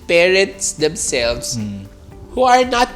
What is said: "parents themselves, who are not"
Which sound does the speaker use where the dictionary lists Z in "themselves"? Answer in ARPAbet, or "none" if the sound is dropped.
S